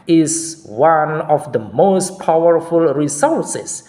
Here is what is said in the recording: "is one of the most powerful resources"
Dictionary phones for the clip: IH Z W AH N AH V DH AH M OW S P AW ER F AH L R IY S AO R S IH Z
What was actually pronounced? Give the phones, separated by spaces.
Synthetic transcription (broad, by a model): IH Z W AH N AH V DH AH M OW S P AW ER F AH L R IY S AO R S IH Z